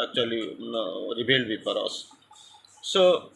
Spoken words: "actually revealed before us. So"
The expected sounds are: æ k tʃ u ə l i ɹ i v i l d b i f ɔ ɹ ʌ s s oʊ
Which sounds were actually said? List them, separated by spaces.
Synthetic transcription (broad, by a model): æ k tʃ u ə l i ɹ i b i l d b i p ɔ ɹ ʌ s s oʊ